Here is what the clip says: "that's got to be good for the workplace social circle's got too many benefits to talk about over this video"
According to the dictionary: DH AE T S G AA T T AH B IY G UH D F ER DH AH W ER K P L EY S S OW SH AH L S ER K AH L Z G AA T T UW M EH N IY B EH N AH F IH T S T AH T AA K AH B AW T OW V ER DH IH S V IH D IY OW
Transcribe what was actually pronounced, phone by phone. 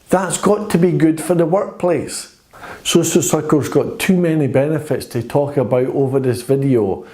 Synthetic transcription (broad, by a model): DH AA T S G AA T T AH B IY G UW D F ER DH AH W ER K P L EY S S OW S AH S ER K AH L Z G AA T T UW M EH N IY B EH N AH F IH T S T AH T AA K AH B AW T OW V ER DH IH S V IH D IY OW